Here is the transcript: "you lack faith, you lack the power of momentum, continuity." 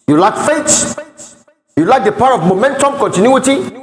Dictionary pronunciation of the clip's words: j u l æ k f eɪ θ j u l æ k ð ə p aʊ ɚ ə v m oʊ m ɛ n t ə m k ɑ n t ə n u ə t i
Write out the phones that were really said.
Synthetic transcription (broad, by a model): j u l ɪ k f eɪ s j u l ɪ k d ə p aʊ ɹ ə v m oʊ m ɛ n t ə m k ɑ n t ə n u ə t i